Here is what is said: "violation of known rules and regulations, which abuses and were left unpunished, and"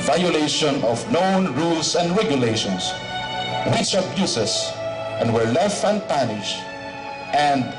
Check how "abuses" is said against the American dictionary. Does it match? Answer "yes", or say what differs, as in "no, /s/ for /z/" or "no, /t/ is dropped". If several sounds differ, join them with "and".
no, /s/ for /z/